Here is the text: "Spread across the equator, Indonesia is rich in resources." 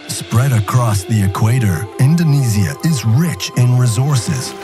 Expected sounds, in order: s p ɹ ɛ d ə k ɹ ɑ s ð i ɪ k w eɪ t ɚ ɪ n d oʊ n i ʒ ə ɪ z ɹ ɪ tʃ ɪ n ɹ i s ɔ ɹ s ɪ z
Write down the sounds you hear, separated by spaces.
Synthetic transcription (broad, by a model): s p ɹ ɛ d ə k ɹ ɑ s ð i ɪ k w eɪ t ɚ ɪ n d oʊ n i z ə ɪ z ɹ ɪ tʃ ɪ n ɹ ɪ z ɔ ɹ s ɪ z